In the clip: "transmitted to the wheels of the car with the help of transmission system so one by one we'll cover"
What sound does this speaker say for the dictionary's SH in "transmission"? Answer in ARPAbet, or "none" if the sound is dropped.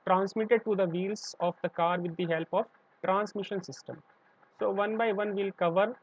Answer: SH